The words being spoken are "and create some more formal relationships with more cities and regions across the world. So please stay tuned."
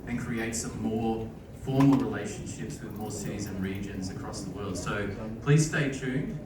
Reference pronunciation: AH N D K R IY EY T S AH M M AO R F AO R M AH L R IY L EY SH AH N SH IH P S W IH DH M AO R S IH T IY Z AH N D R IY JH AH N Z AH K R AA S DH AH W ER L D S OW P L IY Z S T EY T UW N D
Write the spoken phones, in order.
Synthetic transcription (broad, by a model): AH N K R IY EY T S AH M M AO R F AO R M AH L R IY L EY SH AH N SH IH P S W IH DH M AO R S IH T IY Z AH N R IY JH AH N Z AH K R AA S DH AH W ER L D S OW P L IY Z S T EY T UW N